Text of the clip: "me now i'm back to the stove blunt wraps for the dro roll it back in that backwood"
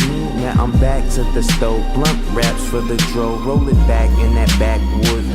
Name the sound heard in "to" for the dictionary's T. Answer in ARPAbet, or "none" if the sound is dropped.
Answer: S